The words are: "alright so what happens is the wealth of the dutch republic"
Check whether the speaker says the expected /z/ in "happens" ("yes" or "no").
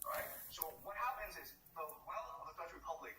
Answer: yes